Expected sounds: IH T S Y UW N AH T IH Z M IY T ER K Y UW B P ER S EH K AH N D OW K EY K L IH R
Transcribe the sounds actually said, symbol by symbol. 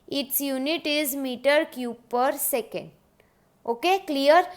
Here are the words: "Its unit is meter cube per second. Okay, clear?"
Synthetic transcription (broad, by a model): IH T S Y UW N AH T IH Z M IY T ER K Y UW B P ER S EH K AH N D OW K EY K L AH R